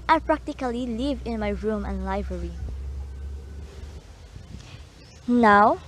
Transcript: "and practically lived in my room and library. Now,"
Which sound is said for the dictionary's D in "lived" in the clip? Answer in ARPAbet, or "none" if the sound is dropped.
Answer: none